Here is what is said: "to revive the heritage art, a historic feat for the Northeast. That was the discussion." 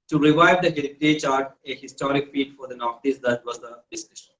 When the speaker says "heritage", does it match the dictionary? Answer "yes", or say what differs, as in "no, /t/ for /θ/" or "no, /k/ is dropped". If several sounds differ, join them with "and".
no, /tʃ/ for /dʒ/